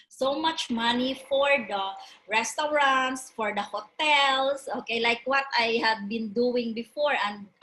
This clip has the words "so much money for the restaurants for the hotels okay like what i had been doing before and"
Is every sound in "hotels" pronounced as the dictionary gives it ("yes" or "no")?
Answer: no